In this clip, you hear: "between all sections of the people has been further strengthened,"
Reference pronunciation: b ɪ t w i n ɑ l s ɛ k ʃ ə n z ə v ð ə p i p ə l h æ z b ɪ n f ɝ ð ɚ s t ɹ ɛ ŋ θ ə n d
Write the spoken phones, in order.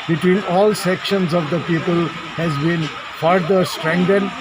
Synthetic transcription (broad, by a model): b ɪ t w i n ɑ l s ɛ k ʃ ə n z ə v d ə p i p ə l h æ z b ɪ n f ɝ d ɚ s t ɹ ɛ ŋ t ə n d